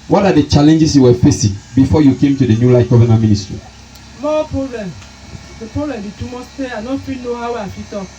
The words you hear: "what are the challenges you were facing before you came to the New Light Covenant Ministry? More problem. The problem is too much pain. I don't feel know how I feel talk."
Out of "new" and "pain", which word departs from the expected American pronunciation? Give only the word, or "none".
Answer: pain